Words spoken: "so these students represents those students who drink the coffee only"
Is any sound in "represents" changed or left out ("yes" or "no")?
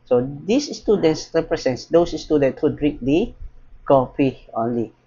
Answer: yes